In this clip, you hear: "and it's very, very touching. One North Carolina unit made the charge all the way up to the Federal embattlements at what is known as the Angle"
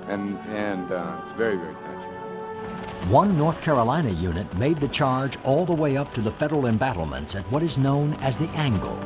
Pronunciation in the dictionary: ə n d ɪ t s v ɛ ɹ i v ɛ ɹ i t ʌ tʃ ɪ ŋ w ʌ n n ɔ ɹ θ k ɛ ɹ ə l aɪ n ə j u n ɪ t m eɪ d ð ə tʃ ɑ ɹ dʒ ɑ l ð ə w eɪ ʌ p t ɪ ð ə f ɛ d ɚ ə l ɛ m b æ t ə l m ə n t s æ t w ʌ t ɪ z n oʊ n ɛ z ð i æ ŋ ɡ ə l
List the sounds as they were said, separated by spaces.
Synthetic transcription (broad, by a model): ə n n ɪ t s v ɛ ɹ i v ɛ ɹ i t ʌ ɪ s w ʌ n n ɔ ɹ θ k ɛ ɹ ə l aɪ n ə j u n ɪ t m eɪ d ð ə tʃ ɑ ɹ dʒ ɑ l ð ə w eɪ ʌ p t ɪ ð ə f ɛ d ɚ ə l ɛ m b æ t l m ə n t s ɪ t w ʌ t ɪ z n oʊ n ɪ z ð i æ ŋ ɡ l